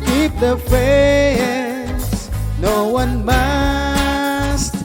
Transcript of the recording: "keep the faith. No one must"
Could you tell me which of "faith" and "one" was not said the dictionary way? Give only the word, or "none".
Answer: faith